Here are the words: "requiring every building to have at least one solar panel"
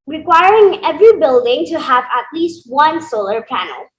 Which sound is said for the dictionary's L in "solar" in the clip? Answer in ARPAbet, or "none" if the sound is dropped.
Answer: L